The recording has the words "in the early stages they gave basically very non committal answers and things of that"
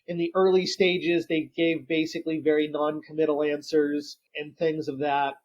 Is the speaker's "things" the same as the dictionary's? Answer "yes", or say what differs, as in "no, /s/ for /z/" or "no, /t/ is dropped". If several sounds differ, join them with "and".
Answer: yes